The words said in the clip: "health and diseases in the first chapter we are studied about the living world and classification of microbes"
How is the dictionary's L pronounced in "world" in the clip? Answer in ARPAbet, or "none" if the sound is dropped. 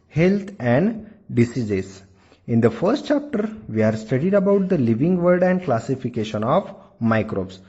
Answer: none